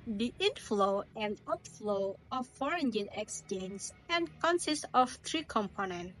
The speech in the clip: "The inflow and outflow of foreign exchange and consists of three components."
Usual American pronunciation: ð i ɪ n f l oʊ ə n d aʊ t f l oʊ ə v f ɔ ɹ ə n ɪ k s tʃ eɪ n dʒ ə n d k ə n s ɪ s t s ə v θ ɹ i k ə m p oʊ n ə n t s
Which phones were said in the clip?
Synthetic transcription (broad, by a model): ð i ɪ n f l oʊ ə n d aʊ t f l oʊ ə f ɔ ɹ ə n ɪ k s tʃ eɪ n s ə n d k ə n s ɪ s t ə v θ ɹ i k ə m p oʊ n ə n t